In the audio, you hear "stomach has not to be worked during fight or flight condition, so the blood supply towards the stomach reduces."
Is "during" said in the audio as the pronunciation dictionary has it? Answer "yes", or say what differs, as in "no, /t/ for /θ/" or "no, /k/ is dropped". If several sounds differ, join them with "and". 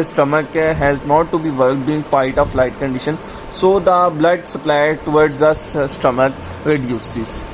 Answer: no, /ɹ/ is dropped